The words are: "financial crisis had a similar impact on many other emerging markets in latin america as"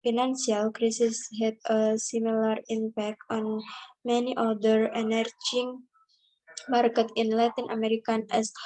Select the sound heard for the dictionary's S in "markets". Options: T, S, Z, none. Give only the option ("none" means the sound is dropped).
none